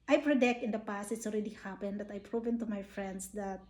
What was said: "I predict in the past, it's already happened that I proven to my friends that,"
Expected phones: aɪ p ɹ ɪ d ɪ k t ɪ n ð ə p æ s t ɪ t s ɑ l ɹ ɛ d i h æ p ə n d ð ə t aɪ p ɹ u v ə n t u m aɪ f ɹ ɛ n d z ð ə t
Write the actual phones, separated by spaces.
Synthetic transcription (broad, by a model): aɪ p ɹ ɪ d ɪ k t ɪ n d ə p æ s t ɪ t s ɑ l ɹ ɛ d i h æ p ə n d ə t aɪ p ɹ u v ə n t u m aɪ f ɹ ɛ n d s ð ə t